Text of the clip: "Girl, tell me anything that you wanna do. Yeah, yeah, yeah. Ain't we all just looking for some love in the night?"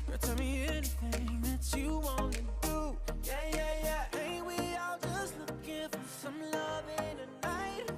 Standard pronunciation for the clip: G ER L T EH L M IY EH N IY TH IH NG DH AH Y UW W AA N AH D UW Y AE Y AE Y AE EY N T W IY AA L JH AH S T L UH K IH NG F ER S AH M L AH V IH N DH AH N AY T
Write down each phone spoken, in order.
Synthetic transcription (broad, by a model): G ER T EH L M IY EH N IY TH IH NG DH AH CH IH W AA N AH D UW Y AE Y AE Y AE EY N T W IY AA L JH AH S T L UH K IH F ER S AH M L AH V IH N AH N AY T